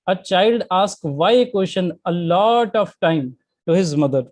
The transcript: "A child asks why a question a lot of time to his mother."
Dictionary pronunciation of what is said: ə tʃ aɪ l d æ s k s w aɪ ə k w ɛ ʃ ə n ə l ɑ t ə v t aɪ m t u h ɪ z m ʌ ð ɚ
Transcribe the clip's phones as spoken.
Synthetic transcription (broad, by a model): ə tʃ aɪ l d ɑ s k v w aɪ ə k w ɛ ʃ ə n ə l ɑ t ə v t aɪ m t u h ɪ z m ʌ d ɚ